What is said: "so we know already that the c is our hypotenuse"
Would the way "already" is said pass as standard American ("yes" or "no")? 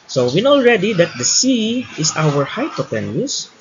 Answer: yes